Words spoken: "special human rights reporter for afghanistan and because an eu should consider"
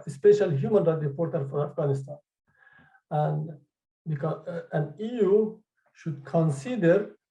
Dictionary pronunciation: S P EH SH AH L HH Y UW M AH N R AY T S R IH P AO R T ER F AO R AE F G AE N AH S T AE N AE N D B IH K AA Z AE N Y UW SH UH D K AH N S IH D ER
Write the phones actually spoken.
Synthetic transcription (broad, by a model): S P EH SH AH L HH Y UW M AH N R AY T R IH P AO R T ER F AO R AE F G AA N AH S T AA N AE N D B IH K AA AE N Y UW SH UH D K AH N S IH D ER